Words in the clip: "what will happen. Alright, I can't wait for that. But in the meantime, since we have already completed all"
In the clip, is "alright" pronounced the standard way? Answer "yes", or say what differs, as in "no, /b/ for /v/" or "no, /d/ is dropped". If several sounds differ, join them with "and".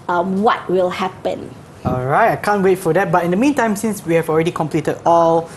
yes